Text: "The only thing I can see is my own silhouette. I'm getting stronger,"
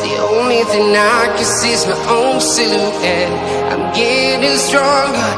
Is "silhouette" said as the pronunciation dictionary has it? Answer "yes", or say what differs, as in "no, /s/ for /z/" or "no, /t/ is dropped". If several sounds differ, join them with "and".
no, /t/ is dropped